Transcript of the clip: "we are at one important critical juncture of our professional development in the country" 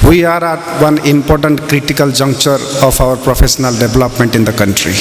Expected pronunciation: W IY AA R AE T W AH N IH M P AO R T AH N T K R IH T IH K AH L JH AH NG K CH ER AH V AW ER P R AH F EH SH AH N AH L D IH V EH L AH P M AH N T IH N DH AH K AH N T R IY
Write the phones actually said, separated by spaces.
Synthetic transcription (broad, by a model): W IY AA R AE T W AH N IH M P AO R T AH N T K R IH T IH K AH L JH AH NG K CH ER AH P AW ER P R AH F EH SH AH N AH L D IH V L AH P M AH N T IH N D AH K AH N T R IY